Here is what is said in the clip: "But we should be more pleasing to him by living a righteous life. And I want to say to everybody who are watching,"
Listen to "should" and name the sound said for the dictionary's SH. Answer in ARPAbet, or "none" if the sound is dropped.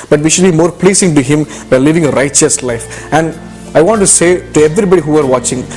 SH